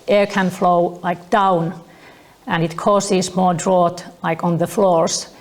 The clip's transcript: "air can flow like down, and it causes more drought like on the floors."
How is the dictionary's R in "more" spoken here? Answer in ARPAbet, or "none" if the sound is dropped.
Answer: R